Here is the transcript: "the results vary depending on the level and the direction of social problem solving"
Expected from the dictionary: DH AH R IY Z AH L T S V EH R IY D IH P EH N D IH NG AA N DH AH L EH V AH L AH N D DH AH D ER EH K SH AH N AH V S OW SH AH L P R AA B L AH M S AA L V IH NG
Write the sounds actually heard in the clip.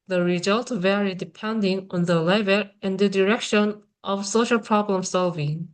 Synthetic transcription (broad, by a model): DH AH R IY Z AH L T V EH R IY D IH P EH N D IH NG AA N DH AH L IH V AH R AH N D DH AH D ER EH K SH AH N AH V S OW SH AH L P R AA B L AH M S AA L V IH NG